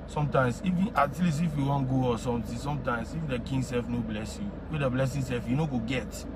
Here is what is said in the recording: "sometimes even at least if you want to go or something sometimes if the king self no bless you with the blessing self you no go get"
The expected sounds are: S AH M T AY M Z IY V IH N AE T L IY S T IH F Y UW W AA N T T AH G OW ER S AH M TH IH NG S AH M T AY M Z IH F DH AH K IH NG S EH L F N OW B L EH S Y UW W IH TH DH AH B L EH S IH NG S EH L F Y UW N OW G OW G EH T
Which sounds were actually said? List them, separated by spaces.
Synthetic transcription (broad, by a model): S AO M T AY M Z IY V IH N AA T L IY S IH F Y UW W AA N G OW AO S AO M T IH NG S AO M T AY M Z IH F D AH K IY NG S EH L F N OW B L EH S Y UW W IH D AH B L EH S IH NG S EH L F Y UW N OW G OW G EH T